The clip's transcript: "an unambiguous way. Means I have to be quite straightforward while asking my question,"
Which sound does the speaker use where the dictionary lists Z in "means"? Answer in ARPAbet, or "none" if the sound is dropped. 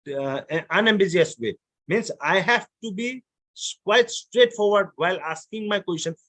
S